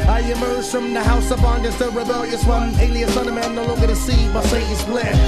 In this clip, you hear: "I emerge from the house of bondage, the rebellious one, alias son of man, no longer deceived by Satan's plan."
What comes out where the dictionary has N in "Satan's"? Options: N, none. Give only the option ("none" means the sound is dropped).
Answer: none